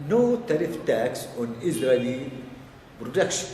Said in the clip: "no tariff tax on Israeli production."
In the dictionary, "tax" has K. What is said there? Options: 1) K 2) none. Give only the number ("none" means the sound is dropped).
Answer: 1